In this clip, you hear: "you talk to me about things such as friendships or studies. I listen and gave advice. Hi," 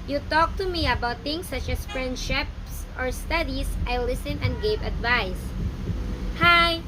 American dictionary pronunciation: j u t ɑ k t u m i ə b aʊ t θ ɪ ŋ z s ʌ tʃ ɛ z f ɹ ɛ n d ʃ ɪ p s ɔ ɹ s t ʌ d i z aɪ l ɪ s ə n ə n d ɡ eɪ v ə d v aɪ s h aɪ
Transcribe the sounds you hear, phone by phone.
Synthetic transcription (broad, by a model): j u t ɑ k t u m i ə b aʊ t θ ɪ ŋ s ʌ tʃ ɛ s f ɹ ɛ n d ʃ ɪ p s ɔ ɹ s t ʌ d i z aɪ l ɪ s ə n ə n d ɡ eɪ v ə d v aɪ s h aɪ